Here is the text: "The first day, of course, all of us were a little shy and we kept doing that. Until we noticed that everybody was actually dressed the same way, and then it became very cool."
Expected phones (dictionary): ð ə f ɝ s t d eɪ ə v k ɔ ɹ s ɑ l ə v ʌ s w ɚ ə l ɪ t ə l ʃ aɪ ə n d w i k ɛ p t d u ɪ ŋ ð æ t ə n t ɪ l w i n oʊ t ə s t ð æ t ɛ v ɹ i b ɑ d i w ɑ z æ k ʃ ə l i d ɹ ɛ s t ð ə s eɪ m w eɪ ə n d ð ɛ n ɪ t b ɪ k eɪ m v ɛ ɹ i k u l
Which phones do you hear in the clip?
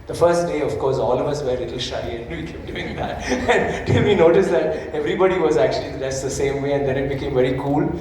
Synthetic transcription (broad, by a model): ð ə f ɝ s t d eɪ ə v k ɔ ɹ s ɑ l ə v ʌ s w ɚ l ɪ t l ʃ aɪ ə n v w i k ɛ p d u ɪ ŋ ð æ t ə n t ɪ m i n oʊ t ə s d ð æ t ɛ v ɹ i b ɑ d i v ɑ z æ k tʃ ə l i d æ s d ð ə s eɪ m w eɪ ə n d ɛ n ɪ t b ɪ k eɪ m v ɛ ɹ i k u l